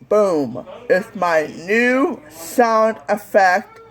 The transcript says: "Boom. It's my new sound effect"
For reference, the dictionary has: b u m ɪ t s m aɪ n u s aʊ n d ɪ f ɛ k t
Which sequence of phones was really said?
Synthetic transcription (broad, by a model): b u m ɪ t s m aɪ n u s aʊ n d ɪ f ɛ k t